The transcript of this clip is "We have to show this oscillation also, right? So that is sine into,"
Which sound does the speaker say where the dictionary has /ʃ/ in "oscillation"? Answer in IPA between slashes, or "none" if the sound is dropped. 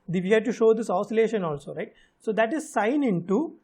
/ʃ/